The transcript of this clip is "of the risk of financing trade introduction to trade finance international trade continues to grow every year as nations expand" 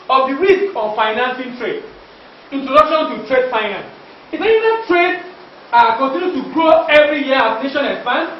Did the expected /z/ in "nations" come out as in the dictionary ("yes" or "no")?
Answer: no